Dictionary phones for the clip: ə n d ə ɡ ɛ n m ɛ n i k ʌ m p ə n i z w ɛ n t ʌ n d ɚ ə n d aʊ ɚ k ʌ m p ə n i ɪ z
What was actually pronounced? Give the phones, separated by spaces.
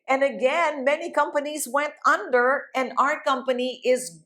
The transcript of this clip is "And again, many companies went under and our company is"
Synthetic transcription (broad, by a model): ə n ə ɡ ɛ n m ɛ n i k ʌ m p ə n i z w ɛ n t ʌ n d ɚ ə n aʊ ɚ k ʌ m p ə n i ɪ z